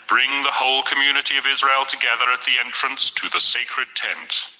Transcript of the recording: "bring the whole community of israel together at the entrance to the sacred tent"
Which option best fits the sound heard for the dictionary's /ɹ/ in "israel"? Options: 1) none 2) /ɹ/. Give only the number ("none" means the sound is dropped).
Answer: 2